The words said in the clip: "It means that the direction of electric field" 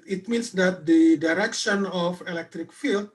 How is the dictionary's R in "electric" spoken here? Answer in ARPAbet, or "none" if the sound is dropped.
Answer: R